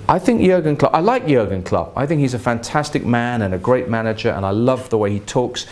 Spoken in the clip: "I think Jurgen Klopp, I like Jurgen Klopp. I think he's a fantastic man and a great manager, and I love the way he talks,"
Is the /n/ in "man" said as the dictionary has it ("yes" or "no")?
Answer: yes